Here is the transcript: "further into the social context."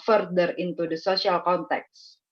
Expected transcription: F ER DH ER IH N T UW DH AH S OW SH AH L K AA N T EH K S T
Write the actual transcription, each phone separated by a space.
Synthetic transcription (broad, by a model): F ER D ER IH N T UW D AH S OW S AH L K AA N T EH K S